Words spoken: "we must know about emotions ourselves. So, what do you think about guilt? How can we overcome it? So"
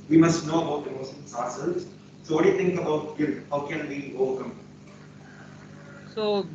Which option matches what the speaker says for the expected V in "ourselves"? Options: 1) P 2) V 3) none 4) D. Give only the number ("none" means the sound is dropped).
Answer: 3